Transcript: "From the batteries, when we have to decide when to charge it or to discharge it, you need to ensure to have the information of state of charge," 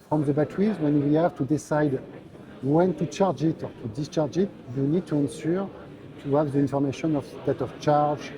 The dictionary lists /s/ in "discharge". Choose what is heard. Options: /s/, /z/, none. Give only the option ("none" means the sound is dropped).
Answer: /s/